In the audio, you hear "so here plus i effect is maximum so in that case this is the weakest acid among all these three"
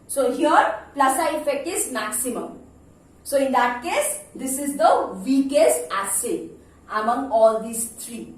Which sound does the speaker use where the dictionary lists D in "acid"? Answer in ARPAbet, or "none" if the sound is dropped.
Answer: none